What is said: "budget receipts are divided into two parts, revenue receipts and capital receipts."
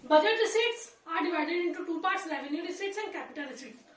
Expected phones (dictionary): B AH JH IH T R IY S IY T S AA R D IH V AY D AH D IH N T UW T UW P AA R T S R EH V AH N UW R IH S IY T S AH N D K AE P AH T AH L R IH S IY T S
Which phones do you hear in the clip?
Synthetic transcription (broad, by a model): B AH JH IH T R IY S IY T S AA R D IH V AY D AH D IH N T UW T UW P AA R T S L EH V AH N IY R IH S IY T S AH N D K AE P AH T AH L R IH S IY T